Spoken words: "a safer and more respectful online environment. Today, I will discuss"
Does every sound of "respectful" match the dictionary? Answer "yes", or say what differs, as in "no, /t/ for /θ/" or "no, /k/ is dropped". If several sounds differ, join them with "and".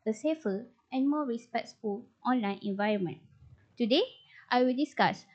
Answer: no, /s/ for /t/